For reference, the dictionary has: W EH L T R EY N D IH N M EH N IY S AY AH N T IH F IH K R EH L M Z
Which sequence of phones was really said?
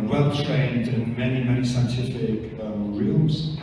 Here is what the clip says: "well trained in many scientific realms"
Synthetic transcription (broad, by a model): W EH L T R EY N D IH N M EH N IY S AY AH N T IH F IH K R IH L M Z